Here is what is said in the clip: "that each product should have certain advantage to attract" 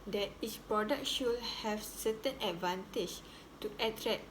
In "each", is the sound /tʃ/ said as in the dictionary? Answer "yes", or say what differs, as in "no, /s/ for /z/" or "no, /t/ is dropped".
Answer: no, /s/ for /tʃ/